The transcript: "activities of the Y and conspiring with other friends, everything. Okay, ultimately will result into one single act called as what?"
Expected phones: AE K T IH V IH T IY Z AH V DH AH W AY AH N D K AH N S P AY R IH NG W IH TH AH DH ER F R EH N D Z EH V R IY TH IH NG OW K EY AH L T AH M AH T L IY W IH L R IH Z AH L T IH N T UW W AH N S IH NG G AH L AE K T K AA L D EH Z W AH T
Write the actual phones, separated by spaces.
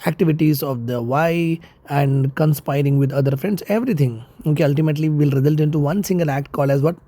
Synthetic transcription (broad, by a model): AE K T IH V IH T IY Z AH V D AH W AY AH N D K AH N S P AY R IH NG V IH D AH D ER F R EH N D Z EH V R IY T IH NG OW K EY AH L T AH M AH T L IY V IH L R IH Z AH L T IH N T UW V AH N S IH NG G AH L AE K T K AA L EH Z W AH T